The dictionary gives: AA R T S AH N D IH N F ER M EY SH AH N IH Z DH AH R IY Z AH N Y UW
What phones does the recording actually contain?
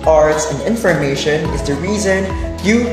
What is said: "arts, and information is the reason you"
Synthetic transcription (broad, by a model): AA R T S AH N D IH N F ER M EY SH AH N IH Z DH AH R IY Z AH N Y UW